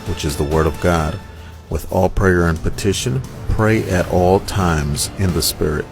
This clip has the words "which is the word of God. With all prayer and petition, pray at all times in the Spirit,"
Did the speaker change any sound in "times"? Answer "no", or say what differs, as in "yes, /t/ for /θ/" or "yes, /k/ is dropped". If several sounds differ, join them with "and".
no